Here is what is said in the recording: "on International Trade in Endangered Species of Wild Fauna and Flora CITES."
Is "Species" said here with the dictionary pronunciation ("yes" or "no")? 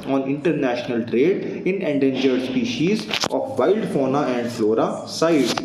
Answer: yes